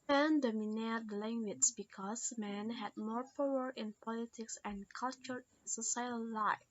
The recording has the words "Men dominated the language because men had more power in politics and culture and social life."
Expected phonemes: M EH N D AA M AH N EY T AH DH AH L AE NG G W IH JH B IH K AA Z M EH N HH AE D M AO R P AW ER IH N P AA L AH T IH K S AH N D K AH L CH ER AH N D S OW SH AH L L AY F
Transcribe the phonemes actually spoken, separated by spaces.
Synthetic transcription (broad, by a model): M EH N D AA M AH N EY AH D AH L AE NG G W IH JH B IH K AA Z M EH N HH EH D M AO R P AW ER IH N P AA L AH T IH K S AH N K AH L CH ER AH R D S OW S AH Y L AY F